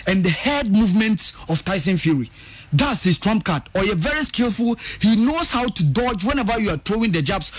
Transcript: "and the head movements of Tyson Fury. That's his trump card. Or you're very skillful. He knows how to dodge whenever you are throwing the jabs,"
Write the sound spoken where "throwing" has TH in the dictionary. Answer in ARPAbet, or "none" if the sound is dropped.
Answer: T